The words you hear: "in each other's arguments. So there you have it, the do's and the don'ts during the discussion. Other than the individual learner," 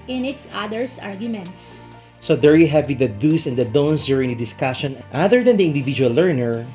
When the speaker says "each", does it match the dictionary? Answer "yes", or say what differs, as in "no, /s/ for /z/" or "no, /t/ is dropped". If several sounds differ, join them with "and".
no, /s/ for /tʃ/